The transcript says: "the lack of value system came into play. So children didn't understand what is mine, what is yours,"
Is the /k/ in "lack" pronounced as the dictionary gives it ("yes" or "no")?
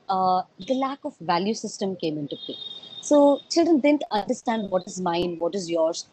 yes